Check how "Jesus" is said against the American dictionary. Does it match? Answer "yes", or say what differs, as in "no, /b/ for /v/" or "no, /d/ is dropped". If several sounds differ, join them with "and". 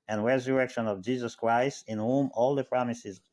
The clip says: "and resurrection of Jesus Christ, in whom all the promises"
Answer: yes